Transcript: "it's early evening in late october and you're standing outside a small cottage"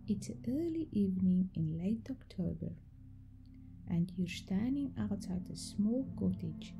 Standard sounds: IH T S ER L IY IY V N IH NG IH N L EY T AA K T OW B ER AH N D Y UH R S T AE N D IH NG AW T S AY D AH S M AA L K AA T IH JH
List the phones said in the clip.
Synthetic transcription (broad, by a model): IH T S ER L IY IY V N IH NG IH N L EY T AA K T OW B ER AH N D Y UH R S T AE N D IH NG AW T AY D AH S M AA L K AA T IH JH